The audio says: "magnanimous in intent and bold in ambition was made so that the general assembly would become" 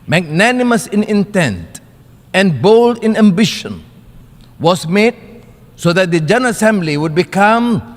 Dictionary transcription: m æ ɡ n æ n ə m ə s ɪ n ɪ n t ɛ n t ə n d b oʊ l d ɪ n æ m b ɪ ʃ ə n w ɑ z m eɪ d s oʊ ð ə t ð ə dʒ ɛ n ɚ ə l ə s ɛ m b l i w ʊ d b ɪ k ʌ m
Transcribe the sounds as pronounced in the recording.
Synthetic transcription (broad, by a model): m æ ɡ n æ n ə m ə s ɪ n ɪ n t ɛ n t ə n b oʊ l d ɪ n æ m b ɪ ʃ ə n w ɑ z m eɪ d s oʊ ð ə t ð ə dʒ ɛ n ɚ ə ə s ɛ m b l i w ʊ d b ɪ k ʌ m